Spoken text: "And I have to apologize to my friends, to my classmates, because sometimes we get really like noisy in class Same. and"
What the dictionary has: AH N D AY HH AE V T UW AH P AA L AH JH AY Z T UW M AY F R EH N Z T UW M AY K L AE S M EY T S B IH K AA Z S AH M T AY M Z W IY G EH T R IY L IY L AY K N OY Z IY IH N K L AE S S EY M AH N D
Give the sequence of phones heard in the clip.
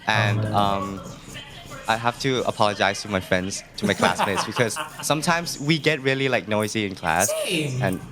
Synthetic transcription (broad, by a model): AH N D AY HH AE F T UW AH P AA L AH JH AY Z T UW M AY F R EH N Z T UW M AY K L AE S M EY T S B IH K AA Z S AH M T AY M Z W IY G EH T R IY L IY L AY K N OY Z IY IH N K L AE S S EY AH N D